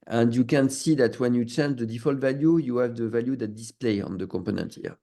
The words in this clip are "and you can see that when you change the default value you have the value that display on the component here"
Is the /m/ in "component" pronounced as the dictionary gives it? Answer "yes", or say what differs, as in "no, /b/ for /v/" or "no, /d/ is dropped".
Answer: yes